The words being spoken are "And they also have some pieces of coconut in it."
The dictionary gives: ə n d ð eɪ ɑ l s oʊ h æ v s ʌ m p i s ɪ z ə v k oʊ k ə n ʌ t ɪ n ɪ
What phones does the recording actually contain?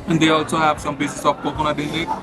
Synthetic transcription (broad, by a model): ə n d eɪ ɑ l s oʊ h æ v s ʌ m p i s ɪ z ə p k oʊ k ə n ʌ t ɪ n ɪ